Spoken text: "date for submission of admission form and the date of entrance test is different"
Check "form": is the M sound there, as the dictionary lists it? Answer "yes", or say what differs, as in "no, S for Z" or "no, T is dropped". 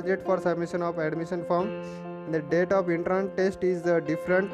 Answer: no, M is dropped